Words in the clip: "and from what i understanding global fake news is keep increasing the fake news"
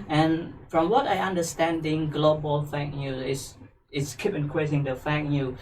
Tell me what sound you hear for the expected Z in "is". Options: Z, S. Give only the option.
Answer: S